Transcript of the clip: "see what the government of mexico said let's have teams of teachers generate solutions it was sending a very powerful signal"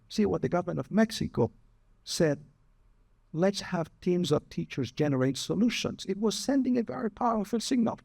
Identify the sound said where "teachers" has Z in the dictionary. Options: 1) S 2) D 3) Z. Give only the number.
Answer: 3